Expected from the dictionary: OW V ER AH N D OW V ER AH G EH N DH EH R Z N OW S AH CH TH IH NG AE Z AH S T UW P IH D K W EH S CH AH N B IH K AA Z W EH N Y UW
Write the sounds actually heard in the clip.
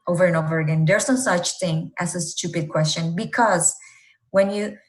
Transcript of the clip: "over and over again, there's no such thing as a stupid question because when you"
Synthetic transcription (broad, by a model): OW V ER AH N OW V ER AH G EH N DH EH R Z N S AH CH TH IH NG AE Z AH S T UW P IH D K W EH S CH AH N B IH K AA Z W EH N Y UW